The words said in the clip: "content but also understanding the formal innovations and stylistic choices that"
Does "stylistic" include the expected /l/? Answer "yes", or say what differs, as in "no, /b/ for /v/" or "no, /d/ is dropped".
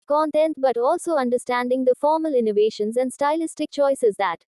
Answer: yes